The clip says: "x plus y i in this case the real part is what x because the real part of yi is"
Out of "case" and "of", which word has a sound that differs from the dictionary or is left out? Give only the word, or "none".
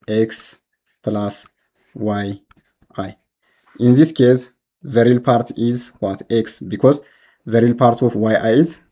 of